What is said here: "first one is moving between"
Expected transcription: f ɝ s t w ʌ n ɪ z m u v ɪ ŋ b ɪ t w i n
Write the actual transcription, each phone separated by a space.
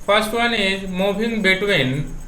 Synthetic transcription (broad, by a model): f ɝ s t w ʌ n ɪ m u b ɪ ŋ b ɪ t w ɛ n